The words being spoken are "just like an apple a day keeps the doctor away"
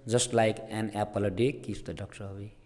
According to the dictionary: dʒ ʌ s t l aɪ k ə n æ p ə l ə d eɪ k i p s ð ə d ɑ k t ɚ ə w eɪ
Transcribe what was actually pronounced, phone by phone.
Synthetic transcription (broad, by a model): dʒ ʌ s t l aɪ k ə n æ p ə l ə d eɪ k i s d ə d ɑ k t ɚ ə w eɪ